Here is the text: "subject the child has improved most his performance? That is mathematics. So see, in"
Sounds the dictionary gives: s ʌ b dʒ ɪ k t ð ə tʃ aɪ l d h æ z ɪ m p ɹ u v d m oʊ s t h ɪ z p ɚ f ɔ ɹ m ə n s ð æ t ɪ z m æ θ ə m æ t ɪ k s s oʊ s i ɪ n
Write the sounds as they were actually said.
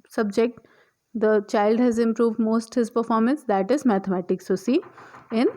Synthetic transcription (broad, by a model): s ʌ b dʒ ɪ k t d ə tʃ aɪ l d h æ z ɪ m p ɹ u v d m oʊ s t h ɪ z p ɚ f ɔ ɹ m ə n s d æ t ɪ z m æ t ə m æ t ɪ k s s oʊ s i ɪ n